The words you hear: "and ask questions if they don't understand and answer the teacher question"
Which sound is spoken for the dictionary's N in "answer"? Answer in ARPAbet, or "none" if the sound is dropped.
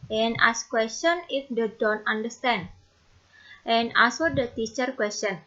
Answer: none